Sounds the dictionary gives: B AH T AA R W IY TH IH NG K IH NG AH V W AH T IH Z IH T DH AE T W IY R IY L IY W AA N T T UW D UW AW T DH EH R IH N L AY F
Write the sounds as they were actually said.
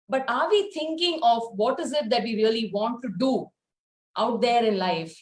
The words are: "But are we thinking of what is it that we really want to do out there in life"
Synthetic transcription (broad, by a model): B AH T AA R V IY T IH NG K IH NG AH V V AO T IH Z IH T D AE T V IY R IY L IY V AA N T T UW D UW AW T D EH R IH N L AY F